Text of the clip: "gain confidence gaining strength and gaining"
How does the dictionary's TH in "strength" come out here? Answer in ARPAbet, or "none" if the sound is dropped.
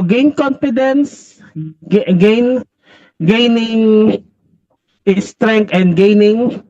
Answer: T